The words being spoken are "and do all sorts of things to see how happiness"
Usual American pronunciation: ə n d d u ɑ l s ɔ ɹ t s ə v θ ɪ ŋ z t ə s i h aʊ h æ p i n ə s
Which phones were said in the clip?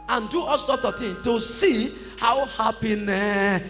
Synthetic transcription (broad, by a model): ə n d d u ɑ l s ɔ t ə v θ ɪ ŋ t ə s i h aʊ h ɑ p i n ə